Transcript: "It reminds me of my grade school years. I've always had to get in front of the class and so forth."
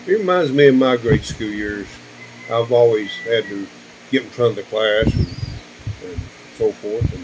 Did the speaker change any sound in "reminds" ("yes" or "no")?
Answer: no